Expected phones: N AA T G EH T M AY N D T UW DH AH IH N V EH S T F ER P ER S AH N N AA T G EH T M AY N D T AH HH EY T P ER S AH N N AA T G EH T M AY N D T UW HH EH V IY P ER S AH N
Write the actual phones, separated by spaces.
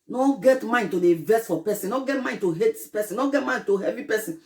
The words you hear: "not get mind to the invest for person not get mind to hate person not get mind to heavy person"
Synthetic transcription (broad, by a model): N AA G EH T M AY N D T UW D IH V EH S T F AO P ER S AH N N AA G EH T M AY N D T AH HH EY T P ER S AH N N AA G EH T M AY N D T UW HH EH V IY P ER S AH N